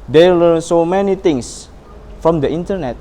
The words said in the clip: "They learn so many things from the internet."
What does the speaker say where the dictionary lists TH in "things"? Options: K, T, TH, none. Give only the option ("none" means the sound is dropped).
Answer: T